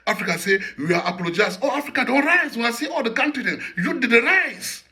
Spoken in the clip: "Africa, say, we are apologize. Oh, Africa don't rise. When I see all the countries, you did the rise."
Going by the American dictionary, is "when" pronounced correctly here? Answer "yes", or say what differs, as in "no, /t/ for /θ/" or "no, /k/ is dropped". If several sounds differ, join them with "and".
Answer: no, /n/ is dropped